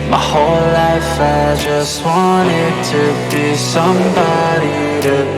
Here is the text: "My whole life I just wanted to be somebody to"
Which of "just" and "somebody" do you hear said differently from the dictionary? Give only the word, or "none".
none